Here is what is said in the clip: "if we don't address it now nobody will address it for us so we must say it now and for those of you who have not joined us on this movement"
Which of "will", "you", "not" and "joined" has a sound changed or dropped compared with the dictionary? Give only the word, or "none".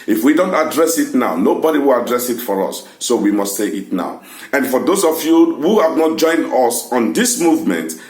none